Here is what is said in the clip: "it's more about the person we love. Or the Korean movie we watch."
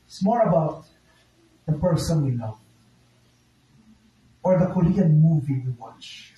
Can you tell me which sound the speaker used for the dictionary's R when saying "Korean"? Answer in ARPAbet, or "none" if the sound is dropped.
L